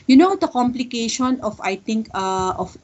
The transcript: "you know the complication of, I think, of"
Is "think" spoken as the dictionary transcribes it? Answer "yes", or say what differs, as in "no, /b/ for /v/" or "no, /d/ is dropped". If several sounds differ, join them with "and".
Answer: no, /t/ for /θ/